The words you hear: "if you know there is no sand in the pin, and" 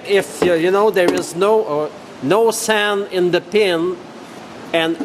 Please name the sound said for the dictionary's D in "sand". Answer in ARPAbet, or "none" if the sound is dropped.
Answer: none